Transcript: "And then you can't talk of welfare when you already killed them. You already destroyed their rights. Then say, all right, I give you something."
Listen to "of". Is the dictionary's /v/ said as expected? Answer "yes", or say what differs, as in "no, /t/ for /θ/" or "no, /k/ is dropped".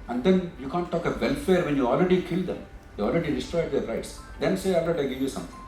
yes